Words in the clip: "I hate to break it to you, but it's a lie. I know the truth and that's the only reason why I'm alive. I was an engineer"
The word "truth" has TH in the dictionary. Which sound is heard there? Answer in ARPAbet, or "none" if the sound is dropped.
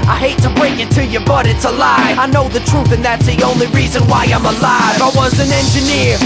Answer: TH